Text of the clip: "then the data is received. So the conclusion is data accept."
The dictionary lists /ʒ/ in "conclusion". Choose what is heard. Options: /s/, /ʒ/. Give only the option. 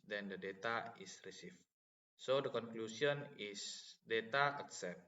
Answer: /s/